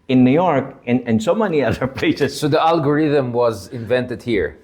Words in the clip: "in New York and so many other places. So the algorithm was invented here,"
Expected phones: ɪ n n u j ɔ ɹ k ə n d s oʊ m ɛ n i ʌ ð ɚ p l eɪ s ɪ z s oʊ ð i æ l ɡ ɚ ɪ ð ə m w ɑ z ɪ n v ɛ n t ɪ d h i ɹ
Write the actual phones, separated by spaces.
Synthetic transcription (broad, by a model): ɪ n n u j ɔ ɹ k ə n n s oʊ m ɛ n i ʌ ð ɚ p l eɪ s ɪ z s oʊ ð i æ l ɡ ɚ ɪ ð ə m w ɑ z ɪ n v ɛ n t ɪ d h i ɹ